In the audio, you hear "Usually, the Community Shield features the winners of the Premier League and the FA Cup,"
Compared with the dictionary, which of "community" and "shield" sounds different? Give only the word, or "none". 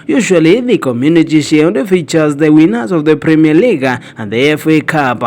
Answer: shield